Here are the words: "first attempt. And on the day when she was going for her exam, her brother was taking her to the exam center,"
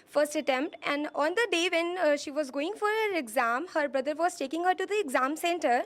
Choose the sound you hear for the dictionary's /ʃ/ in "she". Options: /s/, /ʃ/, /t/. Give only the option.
/ʃ/